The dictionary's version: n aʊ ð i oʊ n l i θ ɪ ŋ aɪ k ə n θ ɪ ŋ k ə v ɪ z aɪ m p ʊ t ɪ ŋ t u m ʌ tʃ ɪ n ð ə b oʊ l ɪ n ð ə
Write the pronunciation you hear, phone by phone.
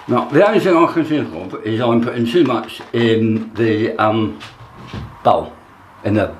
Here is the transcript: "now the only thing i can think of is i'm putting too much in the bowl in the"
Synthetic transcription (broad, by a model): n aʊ ð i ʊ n i θ ɪ ŋ aɪ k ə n s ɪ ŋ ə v ɪ z aɪ m p ʊ t ɪ ŋ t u m ʌ tʃ ɪ n ð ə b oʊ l ɪ n ð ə